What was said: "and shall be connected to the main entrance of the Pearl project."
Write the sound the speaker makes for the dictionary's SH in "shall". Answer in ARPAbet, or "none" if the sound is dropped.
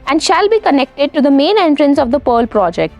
SH